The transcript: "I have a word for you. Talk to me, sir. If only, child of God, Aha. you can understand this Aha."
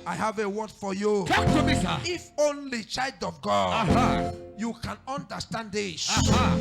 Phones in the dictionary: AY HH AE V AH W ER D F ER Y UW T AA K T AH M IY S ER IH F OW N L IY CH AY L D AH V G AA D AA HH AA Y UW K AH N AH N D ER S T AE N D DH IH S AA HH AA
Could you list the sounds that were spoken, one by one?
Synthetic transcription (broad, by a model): AY HH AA V AH W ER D F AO Y UW T AA K T AH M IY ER IH F OW N L IY CH AY L D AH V G AA D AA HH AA Y UW K AH N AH N D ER S T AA N D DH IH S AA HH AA